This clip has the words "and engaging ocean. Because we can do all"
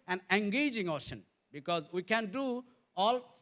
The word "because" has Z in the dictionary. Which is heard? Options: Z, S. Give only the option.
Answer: Z